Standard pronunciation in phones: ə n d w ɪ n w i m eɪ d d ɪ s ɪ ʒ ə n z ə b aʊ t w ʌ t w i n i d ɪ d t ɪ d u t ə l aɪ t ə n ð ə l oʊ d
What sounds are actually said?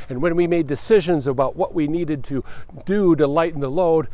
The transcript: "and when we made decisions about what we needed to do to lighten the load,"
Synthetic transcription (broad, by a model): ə n w ɪ n w i m eɪ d d ɪ s ɪ ʒ ə n z ə b aʊ t w ʌ t w i n i d ɪ d t ɪ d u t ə l aɪ t n ð ə l oʊ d